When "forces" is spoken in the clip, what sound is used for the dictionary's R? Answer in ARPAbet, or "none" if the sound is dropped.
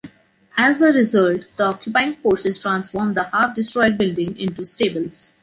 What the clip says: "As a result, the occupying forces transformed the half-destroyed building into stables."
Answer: R